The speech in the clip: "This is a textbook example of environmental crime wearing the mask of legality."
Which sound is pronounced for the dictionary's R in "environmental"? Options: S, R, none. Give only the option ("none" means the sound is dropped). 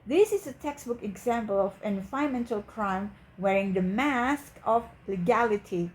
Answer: none